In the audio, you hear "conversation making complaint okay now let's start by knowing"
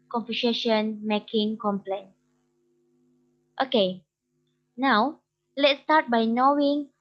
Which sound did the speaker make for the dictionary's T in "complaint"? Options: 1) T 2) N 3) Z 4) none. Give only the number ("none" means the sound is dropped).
1